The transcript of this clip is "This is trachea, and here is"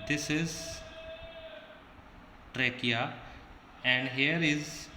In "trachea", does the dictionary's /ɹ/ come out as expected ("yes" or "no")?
yes